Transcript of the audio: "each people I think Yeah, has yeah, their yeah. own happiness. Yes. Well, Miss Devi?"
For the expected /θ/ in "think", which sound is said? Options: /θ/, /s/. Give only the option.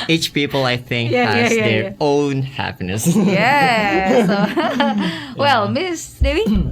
/θ/